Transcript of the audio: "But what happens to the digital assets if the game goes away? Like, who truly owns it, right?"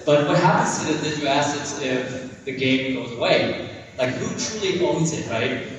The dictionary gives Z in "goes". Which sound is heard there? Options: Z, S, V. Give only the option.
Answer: Z